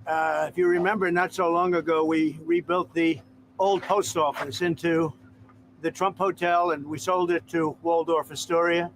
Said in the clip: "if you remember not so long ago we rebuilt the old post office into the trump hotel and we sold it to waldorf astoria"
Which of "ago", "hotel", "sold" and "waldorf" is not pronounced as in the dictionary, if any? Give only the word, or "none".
none